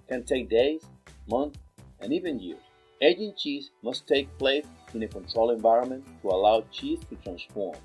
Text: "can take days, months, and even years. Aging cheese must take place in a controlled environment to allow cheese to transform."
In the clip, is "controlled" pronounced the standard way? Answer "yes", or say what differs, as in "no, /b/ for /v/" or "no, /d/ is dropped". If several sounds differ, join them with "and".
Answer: no, /d/ is dropped